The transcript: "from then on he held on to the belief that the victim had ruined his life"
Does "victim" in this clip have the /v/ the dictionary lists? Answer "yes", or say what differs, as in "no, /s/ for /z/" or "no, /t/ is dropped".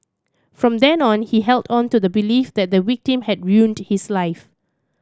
no, /w/ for /v/